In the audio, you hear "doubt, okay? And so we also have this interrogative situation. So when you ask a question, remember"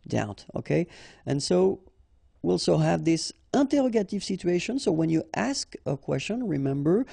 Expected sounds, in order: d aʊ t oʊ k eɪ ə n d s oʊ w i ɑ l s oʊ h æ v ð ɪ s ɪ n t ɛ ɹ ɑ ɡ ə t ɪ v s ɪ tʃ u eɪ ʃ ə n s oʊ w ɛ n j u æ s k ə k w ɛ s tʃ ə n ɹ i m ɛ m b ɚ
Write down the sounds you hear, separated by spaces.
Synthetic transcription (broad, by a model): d aʊ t oʊ k eɪ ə n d s oʊ w i l s oʊ h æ v ð ɪ s ɪ n t ɛ ɹ ɑ ɡ ə t ɪ v s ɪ tʃ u eɪ ʃ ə n s oʊ w ɛ n j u æ s k ə k w ɛ s tʃ ə n ɹ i m ɛ m b ɚ